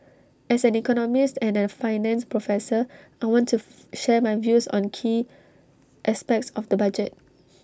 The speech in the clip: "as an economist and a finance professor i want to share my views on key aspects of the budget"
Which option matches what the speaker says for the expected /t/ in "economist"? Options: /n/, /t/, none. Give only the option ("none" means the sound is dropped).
/t/